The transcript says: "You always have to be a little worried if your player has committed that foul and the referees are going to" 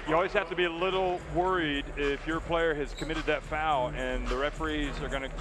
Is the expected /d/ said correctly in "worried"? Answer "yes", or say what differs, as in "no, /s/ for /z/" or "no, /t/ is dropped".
yes